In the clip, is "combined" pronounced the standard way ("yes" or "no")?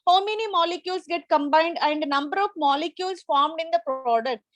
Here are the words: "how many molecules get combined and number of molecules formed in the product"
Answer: yes